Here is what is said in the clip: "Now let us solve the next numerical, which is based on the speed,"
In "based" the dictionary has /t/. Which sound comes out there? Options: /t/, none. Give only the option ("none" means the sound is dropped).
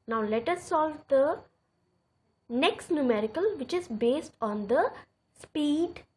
/t/